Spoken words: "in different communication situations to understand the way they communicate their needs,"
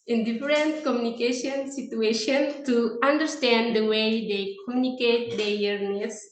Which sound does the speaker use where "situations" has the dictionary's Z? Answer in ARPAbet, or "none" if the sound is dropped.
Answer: none